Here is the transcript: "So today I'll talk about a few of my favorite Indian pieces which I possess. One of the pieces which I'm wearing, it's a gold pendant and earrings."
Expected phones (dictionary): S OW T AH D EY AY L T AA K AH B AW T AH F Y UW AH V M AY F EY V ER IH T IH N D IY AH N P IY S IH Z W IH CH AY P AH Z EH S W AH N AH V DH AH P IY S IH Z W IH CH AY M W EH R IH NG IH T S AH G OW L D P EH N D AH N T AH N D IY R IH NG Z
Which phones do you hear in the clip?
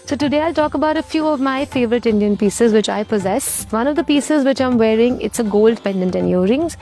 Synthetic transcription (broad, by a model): S OW T AH D EY AY L T AA K AH B AW T AH F Y UW AH V M AY F EY V ER IH T IH N D IY AH N P IY S IH Z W IH CH AY P AH Z EH S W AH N AH V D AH P IY S IH Z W IH CH AY M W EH R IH NG IH T S AH G OW L D P EH N D AH N T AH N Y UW R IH NG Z